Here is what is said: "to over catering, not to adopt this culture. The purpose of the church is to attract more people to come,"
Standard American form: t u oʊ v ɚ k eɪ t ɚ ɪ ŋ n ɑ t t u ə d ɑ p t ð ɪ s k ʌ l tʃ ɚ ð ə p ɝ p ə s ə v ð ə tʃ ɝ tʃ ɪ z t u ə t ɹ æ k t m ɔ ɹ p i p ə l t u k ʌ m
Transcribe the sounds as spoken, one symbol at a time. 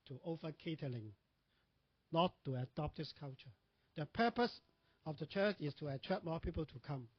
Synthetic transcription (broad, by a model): t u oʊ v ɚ k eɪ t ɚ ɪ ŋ n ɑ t t u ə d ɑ p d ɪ s k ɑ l tʃ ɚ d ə p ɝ p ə s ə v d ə tʃ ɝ tʃ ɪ s t u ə t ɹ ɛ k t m ɔ p i p ə l t u k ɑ m